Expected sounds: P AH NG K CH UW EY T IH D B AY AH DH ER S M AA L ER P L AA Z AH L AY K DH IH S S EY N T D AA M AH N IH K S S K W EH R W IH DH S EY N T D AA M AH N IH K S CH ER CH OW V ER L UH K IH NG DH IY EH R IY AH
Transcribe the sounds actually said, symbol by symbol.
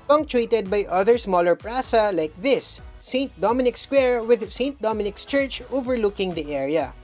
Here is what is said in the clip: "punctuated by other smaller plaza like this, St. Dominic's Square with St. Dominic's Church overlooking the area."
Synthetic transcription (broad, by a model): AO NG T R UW T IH D B AY AH DH ER S M AA L ER P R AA S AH L AY K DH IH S S EY N T D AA M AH N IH K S S K W EH R W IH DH S EY N T D AA M AH N IH K S CH ER CH OW V ER L UH K IH NG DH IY EH R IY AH